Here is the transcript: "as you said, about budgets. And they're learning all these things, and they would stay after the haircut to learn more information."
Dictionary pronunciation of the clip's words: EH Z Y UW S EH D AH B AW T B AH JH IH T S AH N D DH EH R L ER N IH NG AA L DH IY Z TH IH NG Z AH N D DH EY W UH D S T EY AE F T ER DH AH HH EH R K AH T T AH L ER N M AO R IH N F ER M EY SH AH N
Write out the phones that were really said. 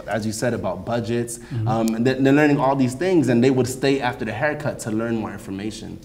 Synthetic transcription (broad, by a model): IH Z Y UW S EH D AH B AW T B AH JH IH T S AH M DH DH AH R L ER N IH NG AA L DH IY Z TH IH NG Z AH N DH EY W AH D S T EY AE F T ER DH AH HH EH R K AH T T AH L ER N M AO R IH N F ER M EY SH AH N